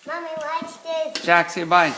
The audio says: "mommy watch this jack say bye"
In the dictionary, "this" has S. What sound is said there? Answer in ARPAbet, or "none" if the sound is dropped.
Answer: none